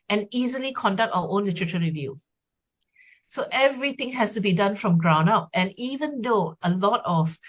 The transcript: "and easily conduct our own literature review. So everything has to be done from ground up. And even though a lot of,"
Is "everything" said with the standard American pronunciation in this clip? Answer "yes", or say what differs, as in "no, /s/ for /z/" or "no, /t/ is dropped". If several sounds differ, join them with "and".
no, /t/ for /θ/